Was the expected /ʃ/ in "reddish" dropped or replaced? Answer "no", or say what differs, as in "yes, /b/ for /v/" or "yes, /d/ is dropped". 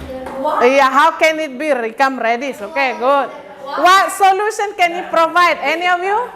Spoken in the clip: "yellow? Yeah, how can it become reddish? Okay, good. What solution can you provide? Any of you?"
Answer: yes, /s/ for /ʃ/